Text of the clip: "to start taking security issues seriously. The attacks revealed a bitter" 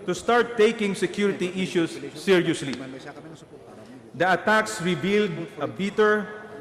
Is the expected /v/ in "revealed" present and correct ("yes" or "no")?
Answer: no